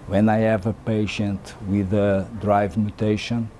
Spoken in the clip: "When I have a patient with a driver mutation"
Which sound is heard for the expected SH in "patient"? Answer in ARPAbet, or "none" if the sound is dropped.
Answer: SH